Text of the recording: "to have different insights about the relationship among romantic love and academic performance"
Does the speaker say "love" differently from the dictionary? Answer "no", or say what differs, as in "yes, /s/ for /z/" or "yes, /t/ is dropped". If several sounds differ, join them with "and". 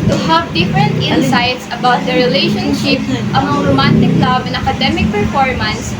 yes, /b/ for /v/